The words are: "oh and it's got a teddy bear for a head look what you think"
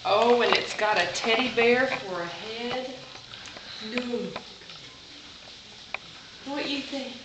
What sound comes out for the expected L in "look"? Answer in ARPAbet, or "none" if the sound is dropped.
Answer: N